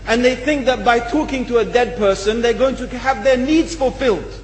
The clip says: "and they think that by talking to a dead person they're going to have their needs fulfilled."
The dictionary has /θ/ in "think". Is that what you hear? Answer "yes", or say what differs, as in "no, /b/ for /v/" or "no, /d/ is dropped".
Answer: yes